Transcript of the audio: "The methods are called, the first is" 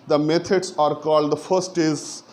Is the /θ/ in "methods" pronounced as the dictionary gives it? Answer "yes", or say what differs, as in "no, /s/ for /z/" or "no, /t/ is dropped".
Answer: no, /t/ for /θ/